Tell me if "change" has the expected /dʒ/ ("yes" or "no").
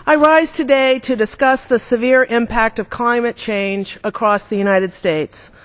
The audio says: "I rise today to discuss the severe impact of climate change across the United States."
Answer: yes